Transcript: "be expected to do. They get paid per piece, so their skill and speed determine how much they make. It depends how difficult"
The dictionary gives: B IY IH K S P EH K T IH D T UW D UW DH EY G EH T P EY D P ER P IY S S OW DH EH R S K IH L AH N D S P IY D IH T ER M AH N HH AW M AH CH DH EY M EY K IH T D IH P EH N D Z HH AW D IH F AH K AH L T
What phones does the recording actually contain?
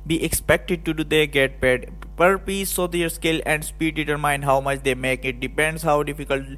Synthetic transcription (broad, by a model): B IY IH K S P EH K T IH D T UW D UW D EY G EH T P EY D P ER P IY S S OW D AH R S K IH L AH N D S P IY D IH T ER M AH N HH AW M AH CH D EY M EY K IH T D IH P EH N D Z HH AW D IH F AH K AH L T